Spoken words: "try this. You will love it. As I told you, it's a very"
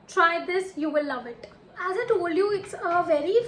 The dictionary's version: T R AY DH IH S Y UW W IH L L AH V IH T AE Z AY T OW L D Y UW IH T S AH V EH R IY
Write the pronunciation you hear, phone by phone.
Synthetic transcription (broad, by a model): T R AY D IH S Y UW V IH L L AH V IH T AE Z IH T OW L D Y UW IH T S AH V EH R IY